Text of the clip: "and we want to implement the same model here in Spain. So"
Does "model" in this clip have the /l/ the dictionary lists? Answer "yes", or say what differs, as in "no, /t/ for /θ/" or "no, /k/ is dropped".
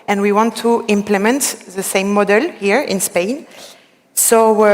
yes